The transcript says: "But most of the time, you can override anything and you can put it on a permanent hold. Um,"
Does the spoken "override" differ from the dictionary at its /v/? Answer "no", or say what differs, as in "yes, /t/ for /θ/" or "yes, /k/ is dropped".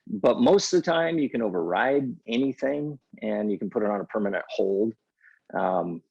no